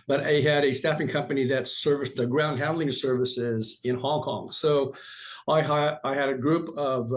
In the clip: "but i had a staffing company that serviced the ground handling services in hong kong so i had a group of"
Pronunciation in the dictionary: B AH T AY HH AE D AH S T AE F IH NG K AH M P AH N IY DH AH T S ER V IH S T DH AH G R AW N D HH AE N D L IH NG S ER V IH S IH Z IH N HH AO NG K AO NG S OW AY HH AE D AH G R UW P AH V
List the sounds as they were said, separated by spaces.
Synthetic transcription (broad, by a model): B AH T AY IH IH D AH S T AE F IH NG K AH M P AH N IY DH AH T S ER V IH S DH AH G R AW N D HH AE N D L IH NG S ER V IH S IH Z IH N HH AO NG K AO NG S OW AY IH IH D AH G R UW P AH V